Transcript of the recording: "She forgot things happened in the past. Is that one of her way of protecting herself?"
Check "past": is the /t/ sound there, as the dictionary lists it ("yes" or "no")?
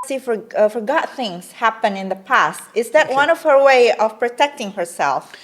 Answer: yes